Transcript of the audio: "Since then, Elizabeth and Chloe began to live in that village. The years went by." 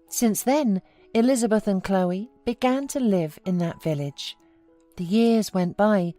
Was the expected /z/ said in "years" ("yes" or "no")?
yes